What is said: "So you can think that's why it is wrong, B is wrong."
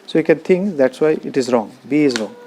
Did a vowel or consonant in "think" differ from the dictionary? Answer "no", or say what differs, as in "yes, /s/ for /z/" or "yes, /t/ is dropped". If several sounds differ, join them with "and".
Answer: yes, /t/ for /θ/